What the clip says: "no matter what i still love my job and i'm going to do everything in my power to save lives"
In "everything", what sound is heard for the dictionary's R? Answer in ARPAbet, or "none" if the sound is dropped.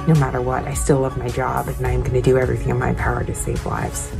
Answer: R